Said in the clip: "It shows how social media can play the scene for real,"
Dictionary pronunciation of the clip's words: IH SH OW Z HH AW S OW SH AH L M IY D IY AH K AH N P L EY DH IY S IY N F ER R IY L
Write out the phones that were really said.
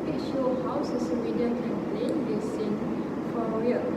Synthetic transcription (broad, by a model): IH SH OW HH AW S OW S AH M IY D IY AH K AH N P L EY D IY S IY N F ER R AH